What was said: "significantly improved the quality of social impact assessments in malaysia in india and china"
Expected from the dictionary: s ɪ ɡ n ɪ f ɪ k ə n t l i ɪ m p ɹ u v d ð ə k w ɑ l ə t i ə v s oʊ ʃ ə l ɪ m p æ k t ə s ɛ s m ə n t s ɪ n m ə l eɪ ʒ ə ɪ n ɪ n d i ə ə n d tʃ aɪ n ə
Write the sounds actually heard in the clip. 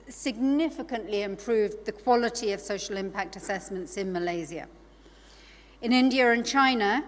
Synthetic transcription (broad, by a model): s ɪ ɡ n ɪ f ɪ k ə n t l i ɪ m p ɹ u v ð ə k w ɑ l ə t i ə v s oʊ ʃ ə l ɪ m p æ k t ə s ɛ s m ə n t s ɪ n m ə l eɪ z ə ɪ n ɪ n d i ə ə n tʃ aɪ n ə